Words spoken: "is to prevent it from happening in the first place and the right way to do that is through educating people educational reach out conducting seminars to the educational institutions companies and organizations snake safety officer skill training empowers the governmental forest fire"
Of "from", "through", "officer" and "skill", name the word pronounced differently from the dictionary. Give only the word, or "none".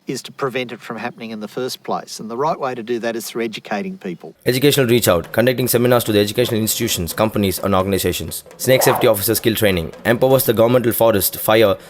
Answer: none